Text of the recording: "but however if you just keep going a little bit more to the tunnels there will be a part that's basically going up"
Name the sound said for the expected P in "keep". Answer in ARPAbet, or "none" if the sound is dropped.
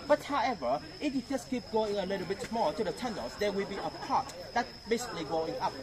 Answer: P